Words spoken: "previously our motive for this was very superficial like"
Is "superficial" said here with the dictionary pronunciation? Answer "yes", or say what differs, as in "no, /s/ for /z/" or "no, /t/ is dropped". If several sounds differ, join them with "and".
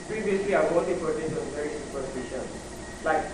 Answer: no, /n/ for /l/